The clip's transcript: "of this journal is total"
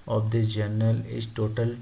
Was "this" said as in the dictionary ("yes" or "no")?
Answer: no